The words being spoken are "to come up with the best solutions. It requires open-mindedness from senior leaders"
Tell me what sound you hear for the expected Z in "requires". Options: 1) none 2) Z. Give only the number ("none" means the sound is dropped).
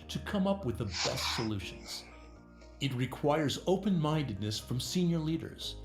2